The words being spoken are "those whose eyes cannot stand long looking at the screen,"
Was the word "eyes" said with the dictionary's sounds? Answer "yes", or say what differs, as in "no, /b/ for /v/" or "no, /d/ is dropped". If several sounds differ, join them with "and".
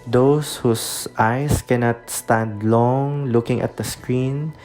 no, /s/ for /z/